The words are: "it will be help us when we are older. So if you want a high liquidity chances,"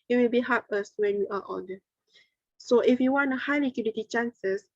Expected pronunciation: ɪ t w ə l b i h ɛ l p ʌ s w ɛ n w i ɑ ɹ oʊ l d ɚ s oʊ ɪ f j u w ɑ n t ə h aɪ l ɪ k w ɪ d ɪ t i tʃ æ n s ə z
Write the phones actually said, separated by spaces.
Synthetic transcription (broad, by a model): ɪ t w ə l b i h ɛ p ʌ s w ɛ n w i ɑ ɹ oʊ n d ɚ s oʊ ɪ f j u w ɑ n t ə h aɪ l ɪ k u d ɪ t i tʃ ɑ n s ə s